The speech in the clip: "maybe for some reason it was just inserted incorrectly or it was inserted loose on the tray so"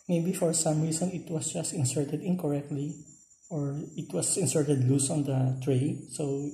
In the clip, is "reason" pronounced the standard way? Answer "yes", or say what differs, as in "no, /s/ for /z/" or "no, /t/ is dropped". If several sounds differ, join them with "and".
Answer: no, /s/ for /z/